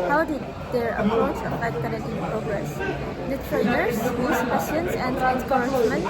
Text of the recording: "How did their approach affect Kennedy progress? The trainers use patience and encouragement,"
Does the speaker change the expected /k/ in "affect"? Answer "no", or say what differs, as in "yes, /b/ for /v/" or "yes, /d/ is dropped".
yes, /k/ is dropped